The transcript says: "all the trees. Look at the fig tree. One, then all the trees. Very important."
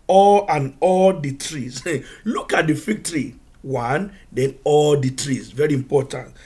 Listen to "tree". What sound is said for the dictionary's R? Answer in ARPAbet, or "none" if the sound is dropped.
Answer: R